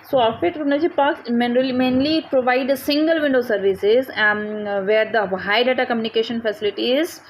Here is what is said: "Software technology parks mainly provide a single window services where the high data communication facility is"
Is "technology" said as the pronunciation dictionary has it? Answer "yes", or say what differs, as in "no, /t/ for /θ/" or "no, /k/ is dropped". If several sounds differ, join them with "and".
no, /n/ is dropped and /n/ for /l/